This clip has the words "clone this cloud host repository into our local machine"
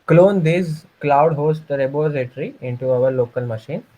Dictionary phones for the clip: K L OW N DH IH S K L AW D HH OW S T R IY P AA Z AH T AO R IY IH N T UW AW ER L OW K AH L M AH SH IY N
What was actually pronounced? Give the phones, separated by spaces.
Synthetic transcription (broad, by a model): K L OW N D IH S K L AW D HH OW S T R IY B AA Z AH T R IY IH N T UW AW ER L OW K AH L M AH SH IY N